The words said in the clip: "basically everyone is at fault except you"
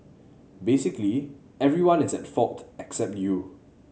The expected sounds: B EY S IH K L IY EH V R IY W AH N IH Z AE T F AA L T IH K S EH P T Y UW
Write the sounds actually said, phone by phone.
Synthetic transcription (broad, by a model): B EY S IH K L IY EH V R IY W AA N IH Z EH T F AA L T IH K S EH P T Y UW